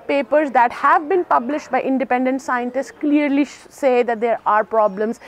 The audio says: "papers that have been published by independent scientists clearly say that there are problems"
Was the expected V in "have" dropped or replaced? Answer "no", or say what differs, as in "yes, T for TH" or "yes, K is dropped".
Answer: no